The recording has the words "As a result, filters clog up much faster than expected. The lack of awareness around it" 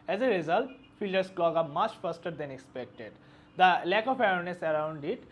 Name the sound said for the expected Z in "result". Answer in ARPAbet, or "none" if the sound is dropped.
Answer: Z